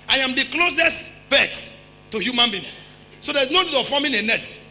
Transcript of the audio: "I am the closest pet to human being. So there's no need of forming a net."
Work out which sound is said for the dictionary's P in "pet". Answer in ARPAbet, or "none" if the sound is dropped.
B